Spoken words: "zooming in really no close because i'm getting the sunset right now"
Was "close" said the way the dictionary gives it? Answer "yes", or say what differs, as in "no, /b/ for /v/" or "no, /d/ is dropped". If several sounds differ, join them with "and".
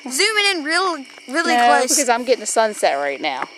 no, /l/ is dropped